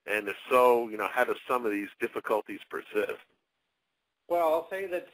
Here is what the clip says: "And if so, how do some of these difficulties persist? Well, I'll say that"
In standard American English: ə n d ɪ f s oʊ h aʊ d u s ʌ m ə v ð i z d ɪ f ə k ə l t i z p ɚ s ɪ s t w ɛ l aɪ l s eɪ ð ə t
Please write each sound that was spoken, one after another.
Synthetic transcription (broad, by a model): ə n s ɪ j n oʊ h aʊ d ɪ s ʌ m ə v ð i z d ɪ f ə k ə l t i z p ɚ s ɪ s w ɛ l aɪ l s eɪ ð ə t